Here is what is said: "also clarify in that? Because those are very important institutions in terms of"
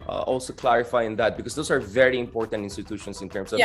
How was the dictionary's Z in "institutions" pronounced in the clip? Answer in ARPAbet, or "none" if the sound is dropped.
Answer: S